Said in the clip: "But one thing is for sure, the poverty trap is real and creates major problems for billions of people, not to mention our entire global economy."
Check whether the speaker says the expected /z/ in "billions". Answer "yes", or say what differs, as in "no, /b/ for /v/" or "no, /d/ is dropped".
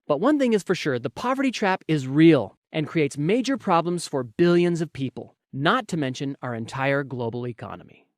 yes